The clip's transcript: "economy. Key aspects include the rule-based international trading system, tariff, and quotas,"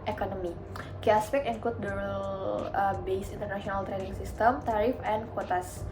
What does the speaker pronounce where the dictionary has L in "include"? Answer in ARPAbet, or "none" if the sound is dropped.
none